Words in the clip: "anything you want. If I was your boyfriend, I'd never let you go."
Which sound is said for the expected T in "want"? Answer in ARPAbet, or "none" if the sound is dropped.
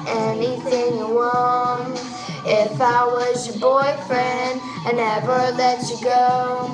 none